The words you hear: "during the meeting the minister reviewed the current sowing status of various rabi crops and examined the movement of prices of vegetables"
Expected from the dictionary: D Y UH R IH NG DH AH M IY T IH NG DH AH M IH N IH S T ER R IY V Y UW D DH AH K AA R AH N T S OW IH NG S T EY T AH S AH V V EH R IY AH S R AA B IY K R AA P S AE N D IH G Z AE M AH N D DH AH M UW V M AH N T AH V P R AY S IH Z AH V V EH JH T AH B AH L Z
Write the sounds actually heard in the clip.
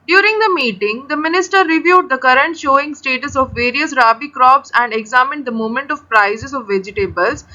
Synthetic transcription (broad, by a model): D Y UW R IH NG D AH M IY T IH NG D AH M IH N IH S T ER R IY V Y UW D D AH K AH R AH N T SH OW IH NG S T EY T AH S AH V V EH R IY AH S R AA B IY K R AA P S AE N D IH G Z AE M AH N D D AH M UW M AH N T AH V P R AY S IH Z AH V V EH JH T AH B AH L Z